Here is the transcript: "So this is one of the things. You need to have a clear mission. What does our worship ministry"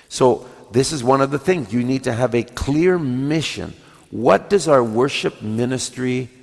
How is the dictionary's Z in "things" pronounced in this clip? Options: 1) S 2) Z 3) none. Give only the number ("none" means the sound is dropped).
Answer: 2